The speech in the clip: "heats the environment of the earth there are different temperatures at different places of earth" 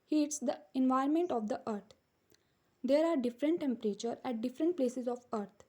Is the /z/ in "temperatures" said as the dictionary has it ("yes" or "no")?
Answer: no